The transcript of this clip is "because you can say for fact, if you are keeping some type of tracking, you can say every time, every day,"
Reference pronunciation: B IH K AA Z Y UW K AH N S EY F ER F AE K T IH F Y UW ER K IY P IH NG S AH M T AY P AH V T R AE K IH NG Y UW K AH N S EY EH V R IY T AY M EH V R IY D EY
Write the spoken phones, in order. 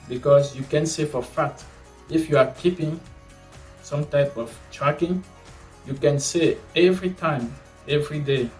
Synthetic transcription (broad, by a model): B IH K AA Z Y UW K AH N S EY F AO F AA T IH F Y UW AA K IY P IH NG S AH M T AY P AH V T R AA K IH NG Y UW K AH N S EY EH V R IY T AY M EH V R IY D EY